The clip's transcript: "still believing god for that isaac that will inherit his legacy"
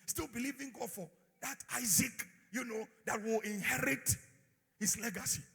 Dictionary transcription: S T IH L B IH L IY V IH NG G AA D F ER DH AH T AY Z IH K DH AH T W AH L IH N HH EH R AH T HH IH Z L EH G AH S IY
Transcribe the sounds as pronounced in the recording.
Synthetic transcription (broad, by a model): S T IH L B IH L IY V IH NG G AA D F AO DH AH T AY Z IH K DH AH T W AH L IH N HH EH R AH T HH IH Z L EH G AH S IY